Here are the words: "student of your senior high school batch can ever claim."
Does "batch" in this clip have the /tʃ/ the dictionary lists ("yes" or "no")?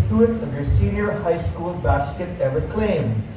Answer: no